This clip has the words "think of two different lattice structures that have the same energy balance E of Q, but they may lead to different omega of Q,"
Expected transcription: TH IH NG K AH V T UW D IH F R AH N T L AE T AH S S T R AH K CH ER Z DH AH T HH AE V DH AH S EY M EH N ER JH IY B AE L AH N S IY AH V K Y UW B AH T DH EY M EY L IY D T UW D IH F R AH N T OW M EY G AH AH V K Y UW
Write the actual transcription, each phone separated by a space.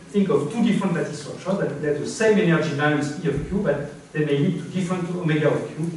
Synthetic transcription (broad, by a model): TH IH NG K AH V T UW D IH F R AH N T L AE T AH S S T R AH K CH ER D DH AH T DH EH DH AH S EY M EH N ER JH IY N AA W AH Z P IY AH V K Y UW B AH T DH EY M EY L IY T UW D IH F R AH N T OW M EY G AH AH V K Y UW